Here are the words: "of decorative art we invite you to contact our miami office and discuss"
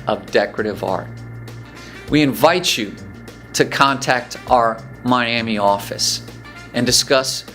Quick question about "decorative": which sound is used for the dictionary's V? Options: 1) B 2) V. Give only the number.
2